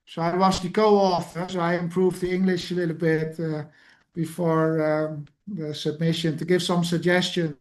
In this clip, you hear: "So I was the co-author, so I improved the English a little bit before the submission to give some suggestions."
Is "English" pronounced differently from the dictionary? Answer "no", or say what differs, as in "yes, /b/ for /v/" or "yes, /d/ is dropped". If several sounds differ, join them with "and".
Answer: no